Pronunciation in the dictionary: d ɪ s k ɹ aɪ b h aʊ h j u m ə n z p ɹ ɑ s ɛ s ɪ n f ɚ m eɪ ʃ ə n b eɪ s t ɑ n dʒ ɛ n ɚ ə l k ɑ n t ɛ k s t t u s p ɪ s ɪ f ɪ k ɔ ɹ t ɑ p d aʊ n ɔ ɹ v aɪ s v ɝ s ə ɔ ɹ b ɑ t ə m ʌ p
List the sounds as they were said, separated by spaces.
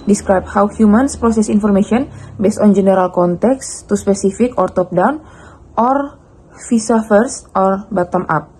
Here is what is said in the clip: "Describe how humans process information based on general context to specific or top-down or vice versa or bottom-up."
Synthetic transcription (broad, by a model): d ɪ s k ɹ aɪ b h aʊ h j u m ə n s p ɹ ɑ s ɛ s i n f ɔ m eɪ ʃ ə n b eɪ s t ɑ n dʒ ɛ n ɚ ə l k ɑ n t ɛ k s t t u s p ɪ s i f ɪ k ɔ ɹ t ɑ p d aʊ n ɔ ɹ f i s f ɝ s ɔ ɹ b ɑ t ə m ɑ p